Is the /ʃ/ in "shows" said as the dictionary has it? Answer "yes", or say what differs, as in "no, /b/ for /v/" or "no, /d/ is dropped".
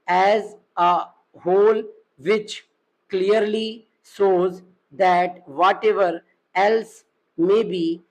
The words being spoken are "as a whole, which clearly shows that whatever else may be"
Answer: no, /s/ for /ʃ/